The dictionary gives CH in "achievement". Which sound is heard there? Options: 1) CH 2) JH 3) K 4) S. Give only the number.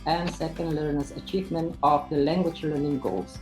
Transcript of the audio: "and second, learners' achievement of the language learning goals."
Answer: 1